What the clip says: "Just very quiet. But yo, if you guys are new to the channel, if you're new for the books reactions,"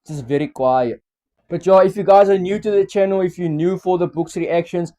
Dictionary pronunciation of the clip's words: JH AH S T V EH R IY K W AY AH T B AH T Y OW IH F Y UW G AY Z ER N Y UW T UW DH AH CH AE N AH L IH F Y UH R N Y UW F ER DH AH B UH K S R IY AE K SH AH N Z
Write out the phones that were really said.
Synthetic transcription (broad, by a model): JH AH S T V EH R IY K W AY AH T B AH T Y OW IH F Y UW G AY Z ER N Y UW T UW DH AH CH AE N AH L IH F Y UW N Y UW F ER DH AH B UH K S R IY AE K SH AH N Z